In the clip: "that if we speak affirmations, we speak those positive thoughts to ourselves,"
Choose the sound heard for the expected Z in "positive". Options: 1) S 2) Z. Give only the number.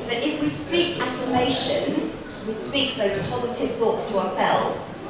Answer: 2